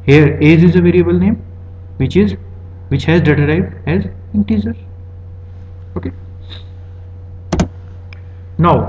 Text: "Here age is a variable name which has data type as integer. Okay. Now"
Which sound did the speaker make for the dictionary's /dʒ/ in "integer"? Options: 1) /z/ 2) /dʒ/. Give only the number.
1